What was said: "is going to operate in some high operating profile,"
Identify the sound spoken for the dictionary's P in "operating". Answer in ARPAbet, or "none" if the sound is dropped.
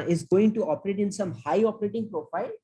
P